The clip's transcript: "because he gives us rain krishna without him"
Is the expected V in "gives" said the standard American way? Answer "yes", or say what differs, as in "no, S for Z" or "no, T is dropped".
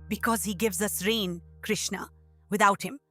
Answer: yes